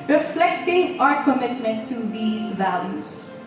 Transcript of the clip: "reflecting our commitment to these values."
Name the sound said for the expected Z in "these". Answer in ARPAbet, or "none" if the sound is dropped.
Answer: Z